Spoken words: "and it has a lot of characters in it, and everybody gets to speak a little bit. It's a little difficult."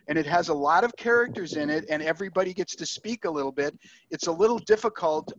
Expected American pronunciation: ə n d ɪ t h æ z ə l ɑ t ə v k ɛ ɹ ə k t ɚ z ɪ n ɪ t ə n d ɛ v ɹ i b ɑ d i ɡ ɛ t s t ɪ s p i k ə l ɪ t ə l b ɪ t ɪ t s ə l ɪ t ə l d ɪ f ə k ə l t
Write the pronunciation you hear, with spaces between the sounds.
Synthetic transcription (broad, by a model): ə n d ɪ t h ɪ z ə l ɑ t ə v k ɛ ɹ ə k t ɚ z ɪ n ɪ t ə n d ɛ v ɹ i b ɑ d i ɡ ɛ t s t ɪ s p i k ə l ɪ t l b ɪ t ɪ t s ə l ɪ t l d ɪ f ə k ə l t